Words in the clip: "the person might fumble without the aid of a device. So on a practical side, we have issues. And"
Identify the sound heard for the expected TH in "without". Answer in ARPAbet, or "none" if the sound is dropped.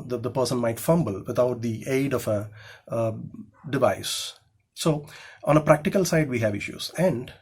T